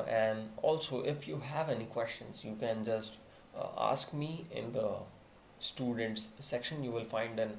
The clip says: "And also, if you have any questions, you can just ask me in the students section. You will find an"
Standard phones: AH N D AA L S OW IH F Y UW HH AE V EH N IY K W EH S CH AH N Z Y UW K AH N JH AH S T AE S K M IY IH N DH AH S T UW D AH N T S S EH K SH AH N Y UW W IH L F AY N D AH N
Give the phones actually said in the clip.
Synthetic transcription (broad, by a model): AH N D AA L S OW IH F Y UW HH AE V EH N IY K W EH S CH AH N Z Y UW K AH N JH AH S T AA S K M IY IH N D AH S T UW D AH N T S S EH K SH AH N Y UW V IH L F AY N D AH N